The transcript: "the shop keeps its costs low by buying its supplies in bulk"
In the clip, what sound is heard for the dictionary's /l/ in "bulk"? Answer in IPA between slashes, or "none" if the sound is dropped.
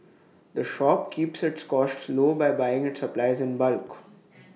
/l/